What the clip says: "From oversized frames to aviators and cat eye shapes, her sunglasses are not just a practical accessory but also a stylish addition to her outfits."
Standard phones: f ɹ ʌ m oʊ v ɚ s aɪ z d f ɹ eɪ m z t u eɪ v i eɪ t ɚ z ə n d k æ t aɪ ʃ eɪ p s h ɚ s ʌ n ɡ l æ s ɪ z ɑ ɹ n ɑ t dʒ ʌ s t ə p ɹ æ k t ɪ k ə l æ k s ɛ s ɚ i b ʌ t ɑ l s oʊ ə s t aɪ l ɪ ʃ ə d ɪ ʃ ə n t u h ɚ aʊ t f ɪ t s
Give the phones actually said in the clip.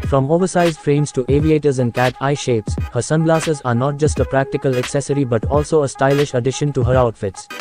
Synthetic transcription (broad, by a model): f ɹ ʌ m oʊ v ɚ s aɪ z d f ɹ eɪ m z t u eɪ v i eɪ t ɚ z ə n d k æ t aɪ ʃ eɪ p s h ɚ s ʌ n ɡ l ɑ s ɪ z ɑ ɹ n ɑ t dʒ ʌ s t ə p ɹ æ k t ɪ k ə l æ k s ɛ s ɚ i b ʌ t ɑ l s oʊ ə s t aɪ l ɪ ʃ ə d ɪ ʃ ə n t u h ɚ aʊ t f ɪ t s